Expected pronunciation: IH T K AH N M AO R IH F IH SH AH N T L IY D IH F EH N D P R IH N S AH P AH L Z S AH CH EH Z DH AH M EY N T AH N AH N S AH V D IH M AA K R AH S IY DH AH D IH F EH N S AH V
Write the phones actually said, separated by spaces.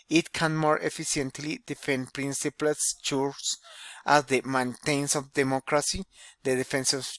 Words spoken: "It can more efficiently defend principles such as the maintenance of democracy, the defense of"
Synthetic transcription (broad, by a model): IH T K AH N M AO R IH F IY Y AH N T L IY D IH F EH N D P R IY N S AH P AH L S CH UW S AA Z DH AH M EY N T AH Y N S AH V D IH M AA K R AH S IY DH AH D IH F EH N S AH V